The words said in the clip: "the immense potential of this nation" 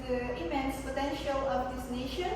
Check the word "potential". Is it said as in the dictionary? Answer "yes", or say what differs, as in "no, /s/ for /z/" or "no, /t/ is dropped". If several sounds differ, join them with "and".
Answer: yes